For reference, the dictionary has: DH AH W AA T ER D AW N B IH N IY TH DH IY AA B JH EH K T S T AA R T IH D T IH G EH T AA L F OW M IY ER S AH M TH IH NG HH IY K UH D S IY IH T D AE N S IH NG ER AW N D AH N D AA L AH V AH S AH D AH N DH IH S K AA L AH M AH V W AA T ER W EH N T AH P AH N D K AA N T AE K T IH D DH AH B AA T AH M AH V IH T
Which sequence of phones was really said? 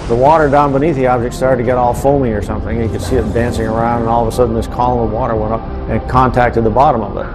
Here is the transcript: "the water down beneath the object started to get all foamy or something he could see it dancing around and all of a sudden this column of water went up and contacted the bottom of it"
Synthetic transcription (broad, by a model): DH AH W AA T ER D AW N B IH N IY TH DH IY AA B JH EH K T S T AA R T IH D T IH G EH T AA L F OW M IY ER S AH M TH IH NG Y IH K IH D S IY IH T D AE N S IH NG ER AW N D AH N AA L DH AH S AH D N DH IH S K AA L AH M AH V W AA T ER W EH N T AH P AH N K AA N T AE K T IH D DH AH B AA T AH M AH V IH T